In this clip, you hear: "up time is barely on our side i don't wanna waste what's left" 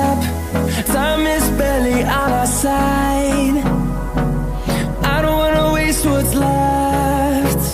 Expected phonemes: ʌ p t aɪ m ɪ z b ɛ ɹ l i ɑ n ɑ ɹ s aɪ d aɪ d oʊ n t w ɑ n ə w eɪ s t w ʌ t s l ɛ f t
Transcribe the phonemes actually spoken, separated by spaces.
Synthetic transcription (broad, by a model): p s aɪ m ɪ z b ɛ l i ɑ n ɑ s aɪ d aɪ d oʊ n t w ɑ n ə w eɪ s t w ʌ t s l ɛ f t